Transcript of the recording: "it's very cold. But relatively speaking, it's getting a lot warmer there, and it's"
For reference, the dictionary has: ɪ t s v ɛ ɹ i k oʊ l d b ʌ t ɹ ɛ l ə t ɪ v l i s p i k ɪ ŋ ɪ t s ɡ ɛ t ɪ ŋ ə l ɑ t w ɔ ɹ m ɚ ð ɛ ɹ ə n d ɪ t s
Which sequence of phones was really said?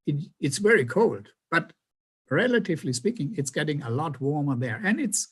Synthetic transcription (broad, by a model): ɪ t s v ɛ ɹ i k oʊ l d b ʌ t ɹ ɛ l ə t ɪ v l i s p i k ɪ ŋ ɪ t s ɡ ɛ t ɪ ŋ ə l ɑ t w ɔ ɹ m ɚ ð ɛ ɹ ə n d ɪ t s